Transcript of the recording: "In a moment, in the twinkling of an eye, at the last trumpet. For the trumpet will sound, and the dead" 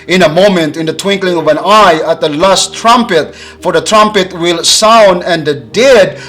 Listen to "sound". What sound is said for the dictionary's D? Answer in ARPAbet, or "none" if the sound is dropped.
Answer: D